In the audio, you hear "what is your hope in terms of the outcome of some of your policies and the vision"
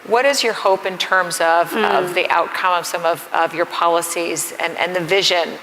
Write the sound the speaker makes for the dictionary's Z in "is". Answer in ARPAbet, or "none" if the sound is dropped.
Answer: Z